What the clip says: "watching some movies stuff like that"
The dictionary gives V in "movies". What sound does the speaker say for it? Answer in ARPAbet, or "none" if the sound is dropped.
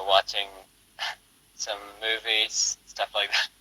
V